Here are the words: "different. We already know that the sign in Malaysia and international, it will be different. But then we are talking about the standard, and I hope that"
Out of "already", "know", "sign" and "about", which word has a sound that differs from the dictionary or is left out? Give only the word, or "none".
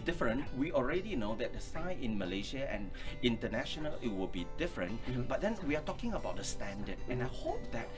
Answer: sign